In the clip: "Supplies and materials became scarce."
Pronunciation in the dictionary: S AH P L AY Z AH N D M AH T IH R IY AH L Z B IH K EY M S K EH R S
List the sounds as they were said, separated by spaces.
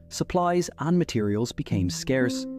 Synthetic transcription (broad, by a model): S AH P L AY Z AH N M AH T IH R IY AH L Z B IH K EY M S K EH R S